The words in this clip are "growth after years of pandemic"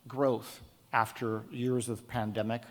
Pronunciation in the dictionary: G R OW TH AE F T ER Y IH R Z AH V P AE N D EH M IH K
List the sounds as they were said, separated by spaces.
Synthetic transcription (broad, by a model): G R OW TH AE F T ER Y IH R Z AH V P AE N D EH M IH K